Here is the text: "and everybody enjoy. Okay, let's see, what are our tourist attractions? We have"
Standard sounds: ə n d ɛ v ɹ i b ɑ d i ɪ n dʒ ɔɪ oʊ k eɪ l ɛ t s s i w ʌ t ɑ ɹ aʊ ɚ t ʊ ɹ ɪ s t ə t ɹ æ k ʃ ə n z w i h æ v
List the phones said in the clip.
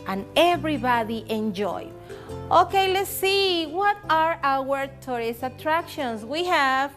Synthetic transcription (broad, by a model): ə n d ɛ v ɹ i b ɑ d i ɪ n dʒ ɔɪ oʊ k eɪ l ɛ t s s i w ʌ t ɑ ɹ aʊ ɚ t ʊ ɹ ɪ s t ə t ɹ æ k ʃ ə n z w i h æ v